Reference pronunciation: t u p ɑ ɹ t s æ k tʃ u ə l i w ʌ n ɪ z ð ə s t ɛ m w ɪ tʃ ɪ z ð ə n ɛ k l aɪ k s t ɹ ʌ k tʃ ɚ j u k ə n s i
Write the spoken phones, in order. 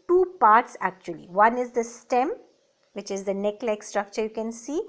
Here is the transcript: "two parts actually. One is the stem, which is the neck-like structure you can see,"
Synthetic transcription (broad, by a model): t u p ɑ ɹ t s æ k tʃ u ə l i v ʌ n ɪ z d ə s t ɛ m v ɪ tʃ ɪ z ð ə n ɛ k l aɪ k s t ɹ ʌ k tʃ ɚ j u k ə n s i